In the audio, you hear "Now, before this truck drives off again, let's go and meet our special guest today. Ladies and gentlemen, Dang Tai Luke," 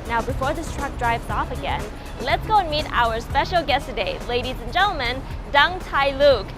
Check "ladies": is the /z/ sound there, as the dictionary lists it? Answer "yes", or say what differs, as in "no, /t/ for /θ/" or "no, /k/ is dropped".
yes